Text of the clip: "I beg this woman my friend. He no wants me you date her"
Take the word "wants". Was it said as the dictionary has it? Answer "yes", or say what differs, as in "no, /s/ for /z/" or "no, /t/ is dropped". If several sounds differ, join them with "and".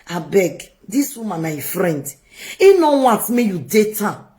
no, /n/ is dropped and /s/ is dropped